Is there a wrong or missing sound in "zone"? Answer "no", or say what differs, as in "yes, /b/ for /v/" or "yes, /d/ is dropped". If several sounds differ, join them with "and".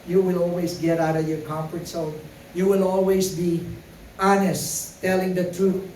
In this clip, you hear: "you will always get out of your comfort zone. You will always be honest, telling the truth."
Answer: yes, /s/ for /z/